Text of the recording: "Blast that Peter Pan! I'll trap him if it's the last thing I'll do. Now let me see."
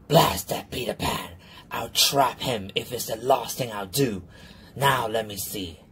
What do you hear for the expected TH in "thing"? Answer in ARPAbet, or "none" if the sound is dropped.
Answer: TH